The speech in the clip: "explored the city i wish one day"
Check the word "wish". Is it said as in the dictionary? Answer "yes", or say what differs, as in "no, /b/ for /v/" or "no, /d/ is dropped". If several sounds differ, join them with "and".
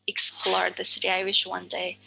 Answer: yes